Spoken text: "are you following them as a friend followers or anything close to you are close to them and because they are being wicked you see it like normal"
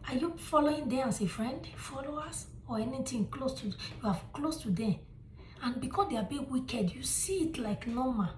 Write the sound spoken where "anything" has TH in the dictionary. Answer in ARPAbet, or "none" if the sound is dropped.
T